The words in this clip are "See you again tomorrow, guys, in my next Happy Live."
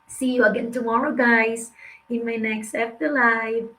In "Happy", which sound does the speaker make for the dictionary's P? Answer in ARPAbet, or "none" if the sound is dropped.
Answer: F